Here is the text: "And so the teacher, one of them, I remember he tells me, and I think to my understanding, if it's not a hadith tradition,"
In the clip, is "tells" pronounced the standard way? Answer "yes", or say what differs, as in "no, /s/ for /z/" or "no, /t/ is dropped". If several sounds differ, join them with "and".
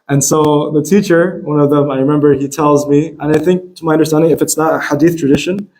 yes